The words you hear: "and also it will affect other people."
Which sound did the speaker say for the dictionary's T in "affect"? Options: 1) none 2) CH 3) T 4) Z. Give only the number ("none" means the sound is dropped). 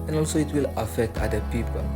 3